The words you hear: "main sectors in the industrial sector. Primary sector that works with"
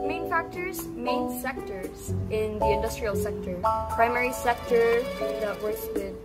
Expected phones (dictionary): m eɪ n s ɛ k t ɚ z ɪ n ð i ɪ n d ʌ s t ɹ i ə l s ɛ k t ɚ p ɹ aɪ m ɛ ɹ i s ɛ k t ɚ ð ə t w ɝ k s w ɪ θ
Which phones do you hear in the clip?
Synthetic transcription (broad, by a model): m eɪ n s ɛ k t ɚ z ɪ n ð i ɪ n d ʌ s t ɹ i ə l s ɛ k t ɚ p ɹ aɪ m ɛ ɹ i s ɛ k t ɚ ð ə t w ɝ s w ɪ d